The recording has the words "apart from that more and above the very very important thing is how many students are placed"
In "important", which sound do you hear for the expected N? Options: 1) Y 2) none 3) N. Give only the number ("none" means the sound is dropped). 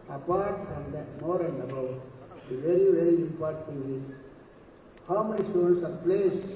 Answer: 2